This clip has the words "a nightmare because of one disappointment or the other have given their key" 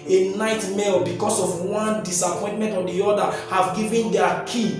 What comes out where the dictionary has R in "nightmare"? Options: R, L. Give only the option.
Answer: L